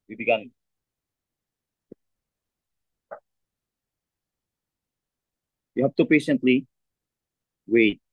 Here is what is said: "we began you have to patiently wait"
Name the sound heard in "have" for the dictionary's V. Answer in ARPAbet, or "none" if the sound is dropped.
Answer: P